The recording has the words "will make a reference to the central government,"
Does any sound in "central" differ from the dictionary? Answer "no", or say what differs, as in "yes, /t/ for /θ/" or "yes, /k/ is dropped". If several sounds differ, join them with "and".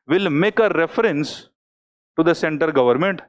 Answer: yes, /ɹ/ is dropped